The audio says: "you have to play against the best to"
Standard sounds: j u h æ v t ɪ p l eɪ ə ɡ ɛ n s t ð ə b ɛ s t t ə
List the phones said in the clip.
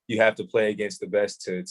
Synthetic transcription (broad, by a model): j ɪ h æ f t ɪ p l eɪ ə ɡ ɛ n s t ð ə b ɛ s t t